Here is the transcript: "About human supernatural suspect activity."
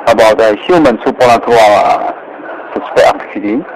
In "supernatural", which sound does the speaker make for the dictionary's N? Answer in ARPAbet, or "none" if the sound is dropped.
L